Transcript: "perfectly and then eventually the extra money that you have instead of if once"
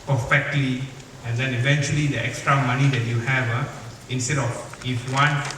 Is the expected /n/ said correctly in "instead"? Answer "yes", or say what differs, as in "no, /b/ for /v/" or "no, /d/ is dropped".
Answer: yes